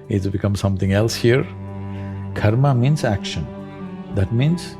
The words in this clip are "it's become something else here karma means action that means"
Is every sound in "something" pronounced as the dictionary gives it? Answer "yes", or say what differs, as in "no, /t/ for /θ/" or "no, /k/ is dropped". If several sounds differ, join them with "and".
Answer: no, /t/ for /θ/